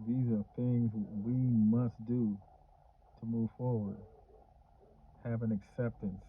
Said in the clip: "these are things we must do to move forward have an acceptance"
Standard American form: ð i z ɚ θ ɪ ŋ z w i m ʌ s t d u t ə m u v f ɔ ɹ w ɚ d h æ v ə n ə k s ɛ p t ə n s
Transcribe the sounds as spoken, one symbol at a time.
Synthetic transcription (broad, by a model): ð i z ɚ θ ɪ ŋ z w i m ʌ s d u t ə m u v f ɔ ɹ w ɚ d h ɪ v ə n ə k s ɛ p t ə n s